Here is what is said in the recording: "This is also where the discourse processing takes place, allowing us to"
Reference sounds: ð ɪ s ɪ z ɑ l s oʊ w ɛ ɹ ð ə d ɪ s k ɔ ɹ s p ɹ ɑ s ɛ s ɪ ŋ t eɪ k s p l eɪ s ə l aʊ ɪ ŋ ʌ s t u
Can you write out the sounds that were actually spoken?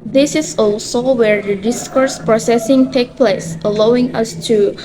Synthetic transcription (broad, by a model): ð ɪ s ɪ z ɑ l s oʊ w ɛ ɹ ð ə d ɪ s k ɔ ɹ s p ɹ ɑ s ɛ s ɪ ŋ t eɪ k p l eɪ s ə l aʊ ɪ ŋ ʌ s t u